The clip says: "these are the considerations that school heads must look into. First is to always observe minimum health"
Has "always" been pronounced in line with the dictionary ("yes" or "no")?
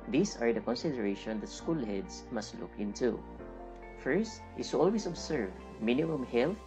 no